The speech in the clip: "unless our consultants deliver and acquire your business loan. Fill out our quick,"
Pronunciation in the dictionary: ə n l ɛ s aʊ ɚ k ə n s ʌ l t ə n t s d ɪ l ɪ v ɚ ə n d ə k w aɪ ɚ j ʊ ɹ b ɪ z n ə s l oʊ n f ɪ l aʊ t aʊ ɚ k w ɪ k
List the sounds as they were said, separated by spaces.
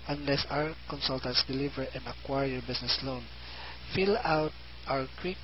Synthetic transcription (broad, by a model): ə n l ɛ s aʊ ɚ k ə n s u l t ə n t s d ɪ l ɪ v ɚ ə n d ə k w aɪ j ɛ ɹ b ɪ s n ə s l oʊ n f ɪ l aʊ t aʊ ɚ k w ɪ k